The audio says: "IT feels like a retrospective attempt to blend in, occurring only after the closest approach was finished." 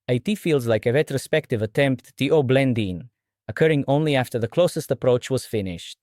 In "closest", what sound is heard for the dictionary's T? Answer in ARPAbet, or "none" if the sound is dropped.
T